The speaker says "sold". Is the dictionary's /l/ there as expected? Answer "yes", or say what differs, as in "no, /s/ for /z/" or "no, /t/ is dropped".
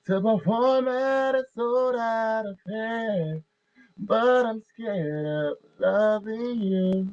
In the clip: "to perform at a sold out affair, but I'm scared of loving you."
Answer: no, /l/ is dropped